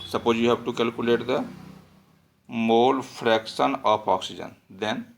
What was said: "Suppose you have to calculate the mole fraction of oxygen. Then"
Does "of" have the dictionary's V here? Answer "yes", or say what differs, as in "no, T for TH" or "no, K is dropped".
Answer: no, P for V